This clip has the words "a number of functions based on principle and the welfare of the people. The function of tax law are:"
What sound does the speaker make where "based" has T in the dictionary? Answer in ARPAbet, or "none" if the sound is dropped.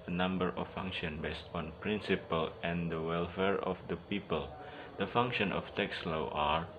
T